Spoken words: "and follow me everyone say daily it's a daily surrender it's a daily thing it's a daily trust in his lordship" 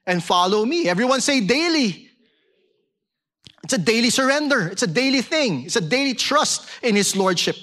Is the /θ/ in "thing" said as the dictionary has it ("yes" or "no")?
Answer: yes